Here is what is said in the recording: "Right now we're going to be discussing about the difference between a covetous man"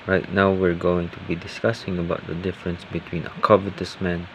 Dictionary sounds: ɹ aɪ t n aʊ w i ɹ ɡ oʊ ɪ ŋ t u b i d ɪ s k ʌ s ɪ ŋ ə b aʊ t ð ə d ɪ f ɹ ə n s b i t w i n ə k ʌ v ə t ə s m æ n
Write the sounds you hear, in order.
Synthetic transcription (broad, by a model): ɹ aɪ t n aʊ w i ɹ ɡ oʊ ɪ ŋ t u b i d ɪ s k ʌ s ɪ ŋ ə b aʊ t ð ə d ɪ f ɹ ə n s b i t w i n ə k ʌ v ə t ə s m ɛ n